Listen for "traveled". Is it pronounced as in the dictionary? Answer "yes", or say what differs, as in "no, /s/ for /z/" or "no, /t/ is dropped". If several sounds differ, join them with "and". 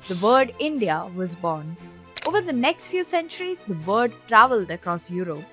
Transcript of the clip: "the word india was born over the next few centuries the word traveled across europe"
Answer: yes